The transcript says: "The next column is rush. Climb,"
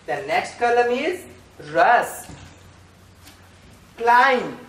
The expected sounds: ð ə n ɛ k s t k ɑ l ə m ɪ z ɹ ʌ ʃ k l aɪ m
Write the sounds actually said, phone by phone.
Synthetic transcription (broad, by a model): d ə n ɛ k s t k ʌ l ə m ɪ z ɹ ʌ s k l aɪ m